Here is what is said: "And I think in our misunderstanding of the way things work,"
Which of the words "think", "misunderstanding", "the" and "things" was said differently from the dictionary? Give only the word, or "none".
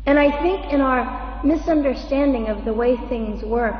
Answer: none